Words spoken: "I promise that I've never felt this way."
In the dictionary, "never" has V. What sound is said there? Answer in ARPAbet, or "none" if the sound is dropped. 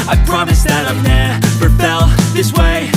P